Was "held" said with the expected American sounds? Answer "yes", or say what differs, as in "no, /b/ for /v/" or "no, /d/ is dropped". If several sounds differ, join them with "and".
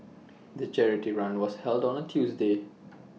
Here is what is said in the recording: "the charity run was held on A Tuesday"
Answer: yes